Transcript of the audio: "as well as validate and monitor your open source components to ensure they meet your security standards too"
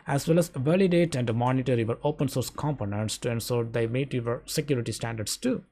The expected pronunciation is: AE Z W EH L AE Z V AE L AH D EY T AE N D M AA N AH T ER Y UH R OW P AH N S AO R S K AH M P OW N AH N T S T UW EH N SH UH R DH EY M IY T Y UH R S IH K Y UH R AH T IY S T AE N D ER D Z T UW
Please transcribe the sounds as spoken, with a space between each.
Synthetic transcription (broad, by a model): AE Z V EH L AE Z V AE L AH D EY T AE N D M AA N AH T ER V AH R OW P AH N S AO R S K AH M P OW N AH N T S T UW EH N S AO R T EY M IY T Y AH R S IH K Y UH R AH T IY S T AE N D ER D S T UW